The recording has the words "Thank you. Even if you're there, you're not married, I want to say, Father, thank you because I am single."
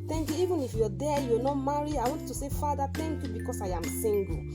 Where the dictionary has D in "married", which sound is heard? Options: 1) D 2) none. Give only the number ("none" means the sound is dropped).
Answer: 2